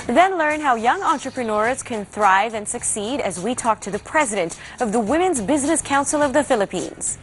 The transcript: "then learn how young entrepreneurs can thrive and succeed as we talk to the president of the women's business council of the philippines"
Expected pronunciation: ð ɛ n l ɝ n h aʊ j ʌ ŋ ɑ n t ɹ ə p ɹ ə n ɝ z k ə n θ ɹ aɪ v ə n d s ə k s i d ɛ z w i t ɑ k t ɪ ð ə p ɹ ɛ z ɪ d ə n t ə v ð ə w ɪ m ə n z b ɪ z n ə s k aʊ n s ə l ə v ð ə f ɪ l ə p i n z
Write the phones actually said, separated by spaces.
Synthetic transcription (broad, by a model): ð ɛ n l ɝ n h aʊ j ʌ ŋ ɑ n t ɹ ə p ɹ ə n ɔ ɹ k ə n θ ɹ aɪ v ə n s ə k s i d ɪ z w i t ɑ k t ɪ ð ə p ɹ ɛ z ɪ d ə n t ə v ð ə w ɪ m ə n z b ɪ z n ə s k aʊ n s l ə v ð ə f ɪ l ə p i n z